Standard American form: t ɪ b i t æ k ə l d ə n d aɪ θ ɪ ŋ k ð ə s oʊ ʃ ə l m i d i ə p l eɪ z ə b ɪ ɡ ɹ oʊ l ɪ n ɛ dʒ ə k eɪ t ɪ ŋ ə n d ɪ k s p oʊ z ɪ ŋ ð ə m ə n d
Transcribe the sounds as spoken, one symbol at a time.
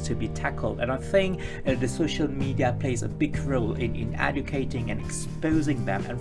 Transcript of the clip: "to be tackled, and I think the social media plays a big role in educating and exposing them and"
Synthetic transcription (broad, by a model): t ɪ b i t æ k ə l d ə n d aɪ θ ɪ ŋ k ð ə s oʊ ʃ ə l m i d i ə p l eɪ z ə b ɪ ɡ ɹ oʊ l ɪ n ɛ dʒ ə k eɪ t ɪ ŋ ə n ɪ k s p oʊ z ɪ ŋ ð ə m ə n